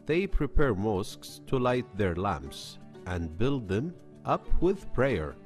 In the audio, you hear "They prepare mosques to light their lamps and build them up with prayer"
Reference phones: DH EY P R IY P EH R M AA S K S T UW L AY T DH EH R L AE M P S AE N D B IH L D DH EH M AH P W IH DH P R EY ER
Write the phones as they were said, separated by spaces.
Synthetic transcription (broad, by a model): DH EY P R IY P EH R M AA S K S T UW L AY T DH EH R L AE M P S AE N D B IH L D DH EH M AH P W IH DH P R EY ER